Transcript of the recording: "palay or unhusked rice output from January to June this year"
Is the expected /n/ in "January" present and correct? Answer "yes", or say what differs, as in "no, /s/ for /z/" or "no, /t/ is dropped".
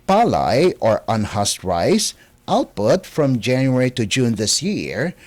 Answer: yes